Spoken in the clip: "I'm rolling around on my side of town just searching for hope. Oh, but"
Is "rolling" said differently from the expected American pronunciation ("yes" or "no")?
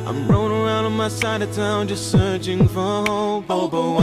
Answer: yes